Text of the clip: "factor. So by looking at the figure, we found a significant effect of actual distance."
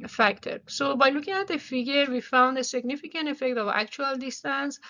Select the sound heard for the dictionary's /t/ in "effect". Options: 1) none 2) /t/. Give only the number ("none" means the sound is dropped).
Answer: 2